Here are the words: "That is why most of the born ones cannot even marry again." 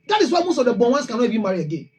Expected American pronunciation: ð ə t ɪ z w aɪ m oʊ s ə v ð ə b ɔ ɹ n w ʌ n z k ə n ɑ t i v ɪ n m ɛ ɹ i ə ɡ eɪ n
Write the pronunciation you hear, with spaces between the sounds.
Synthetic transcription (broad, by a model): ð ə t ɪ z w aɪ m oʊ s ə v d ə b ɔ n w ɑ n s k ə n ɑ i b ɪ m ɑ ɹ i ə ɡ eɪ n